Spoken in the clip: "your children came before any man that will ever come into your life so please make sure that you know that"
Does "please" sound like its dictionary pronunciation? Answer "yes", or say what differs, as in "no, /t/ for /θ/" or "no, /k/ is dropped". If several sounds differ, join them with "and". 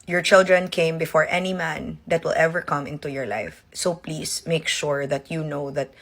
no, /s/ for /z/